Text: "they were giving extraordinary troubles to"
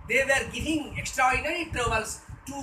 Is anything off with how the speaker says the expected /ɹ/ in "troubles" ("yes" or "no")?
yes